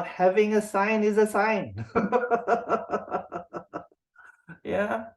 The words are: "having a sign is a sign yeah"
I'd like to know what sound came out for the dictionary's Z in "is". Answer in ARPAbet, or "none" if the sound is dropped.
Z